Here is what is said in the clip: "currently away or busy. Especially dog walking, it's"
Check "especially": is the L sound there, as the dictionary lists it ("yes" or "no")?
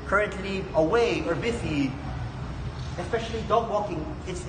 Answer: yes